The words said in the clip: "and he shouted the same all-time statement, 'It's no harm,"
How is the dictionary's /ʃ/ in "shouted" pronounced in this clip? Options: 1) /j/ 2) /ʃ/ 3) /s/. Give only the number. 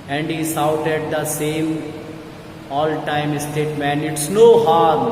3